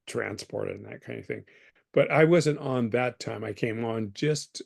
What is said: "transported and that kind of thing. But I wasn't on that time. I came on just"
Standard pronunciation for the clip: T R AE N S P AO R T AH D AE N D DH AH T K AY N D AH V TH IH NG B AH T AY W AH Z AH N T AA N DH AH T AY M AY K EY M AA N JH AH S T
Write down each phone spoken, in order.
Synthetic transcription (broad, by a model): T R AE N S P AO R T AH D N DH AH T K AY N D AH V TH IH NG B AH T AY W AH Z AH N T N DH AH T AY M AY K EY M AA N JH AH S T